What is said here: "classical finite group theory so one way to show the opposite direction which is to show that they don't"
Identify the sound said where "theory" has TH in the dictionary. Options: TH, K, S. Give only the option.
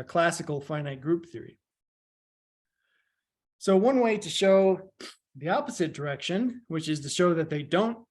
TH